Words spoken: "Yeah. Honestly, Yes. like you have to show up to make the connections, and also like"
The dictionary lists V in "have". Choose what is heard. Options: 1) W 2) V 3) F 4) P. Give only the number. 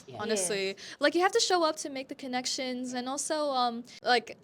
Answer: 3